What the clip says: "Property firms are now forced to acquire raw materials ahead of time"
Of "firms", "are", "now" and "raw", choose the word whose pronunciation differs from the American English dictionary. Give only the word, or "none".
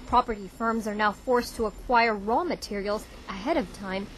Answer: none